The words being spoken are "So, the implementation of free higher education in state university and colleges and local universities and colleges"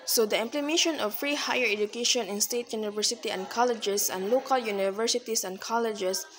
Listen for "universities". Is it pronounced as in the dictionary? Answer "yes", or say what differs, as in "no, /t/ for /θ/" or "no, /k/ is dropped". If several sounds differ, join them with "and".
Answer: no, /s/ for /z/